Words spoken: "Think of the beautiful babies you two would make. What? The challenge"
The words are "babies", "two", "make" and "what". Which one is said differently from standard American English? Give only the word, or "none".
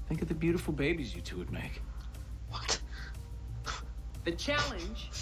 none